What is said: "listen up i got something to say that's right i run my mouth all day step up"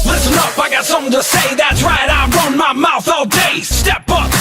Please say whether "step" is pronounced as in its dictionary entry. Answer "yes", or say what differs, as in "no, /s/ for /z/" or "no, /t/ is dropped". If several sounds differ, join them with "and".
yes